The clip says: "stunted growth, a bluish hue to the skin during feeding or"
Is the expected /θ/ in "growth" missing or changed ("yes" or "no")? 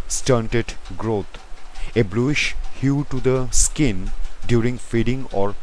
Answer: yes